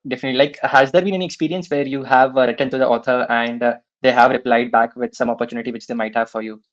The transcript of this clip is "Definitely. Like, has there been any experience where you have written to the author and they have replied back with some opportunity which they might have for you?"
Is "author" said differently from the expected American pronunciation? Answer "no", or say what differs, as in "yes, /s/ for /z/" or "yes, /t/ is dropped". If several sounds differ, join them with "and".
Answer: yes, /t/ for /θ/